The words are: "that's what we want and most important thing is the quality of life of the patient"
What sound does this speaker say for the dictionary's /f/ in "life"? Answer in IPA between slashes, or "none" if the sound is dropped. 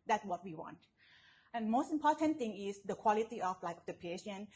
none